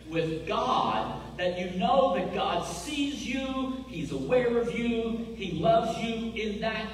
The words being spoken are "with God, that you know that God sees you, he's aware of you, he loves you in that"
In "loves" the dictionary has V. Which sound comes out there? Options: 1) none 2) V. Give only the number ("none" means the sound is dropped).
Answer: 2